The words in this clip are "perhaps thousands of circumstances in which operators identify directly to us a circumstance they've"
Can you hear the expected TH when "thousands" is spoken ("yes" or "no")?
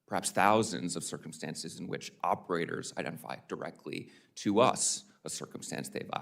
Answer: yes